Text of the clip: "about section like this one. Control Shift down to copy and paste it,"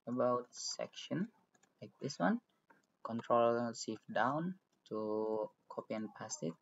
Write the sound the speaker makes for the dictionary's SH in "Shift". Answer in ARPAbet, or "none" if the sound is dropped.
S